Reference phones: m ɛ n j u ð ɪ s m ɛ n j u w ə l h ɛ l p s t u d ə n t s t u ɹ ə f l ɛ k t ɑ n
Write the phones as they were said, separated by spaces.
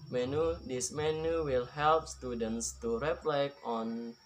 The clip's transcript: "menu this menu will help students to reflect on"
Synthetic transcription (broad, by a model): m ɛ n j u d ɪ s m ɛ n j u w ə l h ɛ l p s t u d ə n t s t u ɹ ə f l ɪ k ɑ n